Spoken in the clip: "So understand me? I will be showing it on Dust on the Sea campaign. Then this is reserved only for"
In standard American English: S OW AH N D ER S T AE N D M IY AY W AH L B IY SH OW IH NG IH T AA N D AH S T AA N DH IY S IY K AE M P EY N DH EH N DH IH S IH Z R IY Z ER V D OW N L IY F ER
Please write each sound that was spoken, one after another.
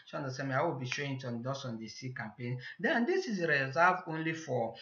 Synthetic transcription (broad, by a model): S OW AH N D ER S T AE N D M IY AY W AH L B IY SH OW IH NG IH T AA N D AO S AA N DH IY S IY K AE M P EY N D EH N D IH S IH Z R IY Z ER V OW N L IY F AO